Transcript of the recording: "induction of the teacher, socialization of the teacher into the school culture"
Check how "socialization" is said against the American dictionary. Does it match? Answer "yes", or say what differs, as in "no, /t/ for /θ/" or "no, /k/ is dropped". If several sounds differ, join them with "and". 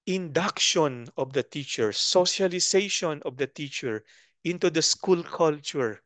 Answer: no, /s/ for /z/